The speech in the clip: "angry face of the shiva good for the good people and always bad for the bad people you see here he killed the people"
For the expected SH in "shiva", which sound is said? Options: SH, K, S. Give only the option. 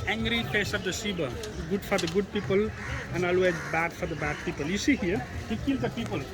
S